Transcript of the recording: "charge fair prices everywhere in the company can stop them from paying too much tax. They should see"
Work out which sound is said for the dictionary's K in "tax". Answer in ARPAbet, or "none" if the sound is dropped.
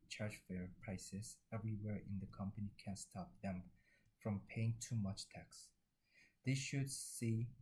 K